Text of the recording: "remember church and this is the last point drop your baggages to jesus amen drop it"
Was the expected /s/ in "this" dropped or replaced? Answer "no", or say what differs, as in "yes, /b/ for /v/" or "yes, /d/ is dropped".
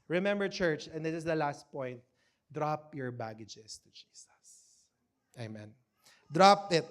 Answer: yes, /s/ is dropped